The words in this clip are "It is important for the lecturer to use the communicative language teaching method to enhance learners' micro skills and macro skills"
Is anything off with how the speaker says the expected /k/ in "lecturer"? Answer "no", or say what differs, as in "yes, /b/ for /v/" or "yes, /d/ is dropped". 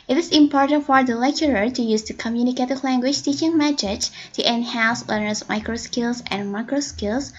no